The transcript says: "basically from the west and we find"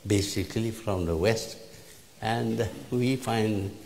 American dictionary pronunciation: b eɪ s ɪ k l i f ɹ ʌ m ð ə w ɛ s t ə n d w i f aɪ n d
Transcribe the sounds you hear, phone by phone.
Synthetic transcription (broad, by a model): b eɪ s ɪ k l i f ɹ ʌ m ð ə w ɛ s t ə n d w i f aɪ n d